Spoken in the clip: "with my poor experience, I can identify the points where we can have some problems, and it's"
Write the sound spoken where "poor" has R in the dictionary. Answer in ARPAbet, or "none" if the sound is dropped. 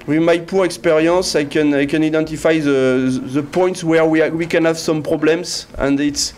R